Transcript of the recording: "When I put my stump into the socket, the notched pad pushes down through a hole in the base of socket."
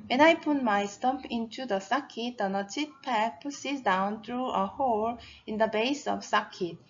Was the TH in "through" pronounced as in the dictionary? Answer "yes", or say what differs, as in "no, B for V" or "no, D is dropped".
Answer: no, T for TH